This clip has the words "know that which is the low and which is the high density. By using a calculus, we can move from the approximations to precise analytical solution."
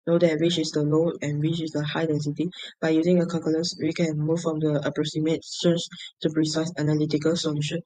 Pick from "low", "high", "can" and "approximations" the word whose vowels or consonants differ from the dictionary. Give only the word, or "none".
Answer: approximations